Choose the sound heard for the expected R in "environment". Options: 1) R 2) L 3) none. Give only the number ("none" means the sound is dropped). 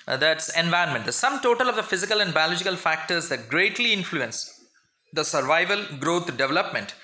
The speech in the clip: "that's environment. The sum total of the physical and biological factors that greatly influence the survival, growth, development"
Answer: 3